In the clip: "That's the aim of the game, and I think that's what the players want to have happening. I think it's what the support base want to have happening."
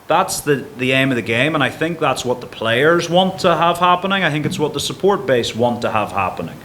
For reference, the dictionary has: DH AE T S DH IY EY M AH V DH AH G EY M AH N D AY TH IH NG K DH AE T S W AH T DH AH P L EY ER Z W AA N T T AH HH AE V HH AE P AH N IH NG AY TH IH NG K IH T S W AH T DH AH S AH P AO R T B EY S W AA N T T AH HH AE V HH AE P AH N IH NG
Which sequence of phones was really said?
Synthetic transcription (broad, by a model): DH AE T S DH IY EY M AH V DH AH G EY M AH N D AY TH IH NG K DH AE T S W AH T DH AH P L EY ER Z W AA N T T AH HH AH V HH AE P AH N IH NG AY TH IH NG K IH T S W AH T DH AH S AH P AO R T B EY S W AA N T T AH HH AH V HH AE P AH N IH NG